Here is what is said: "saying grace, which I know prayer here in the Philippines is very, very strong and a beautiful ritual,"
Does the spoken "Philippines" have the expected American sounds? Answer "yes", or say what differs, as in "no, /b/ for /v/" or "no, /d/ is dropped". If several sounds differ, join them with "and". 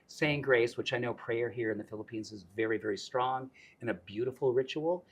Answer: yes